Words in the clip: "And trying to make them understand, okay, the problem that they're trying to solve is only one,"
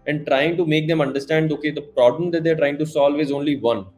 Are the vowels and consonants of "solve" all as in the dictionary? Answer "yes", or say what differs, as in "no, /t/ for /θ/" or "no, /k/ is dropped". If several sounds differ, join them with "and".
yes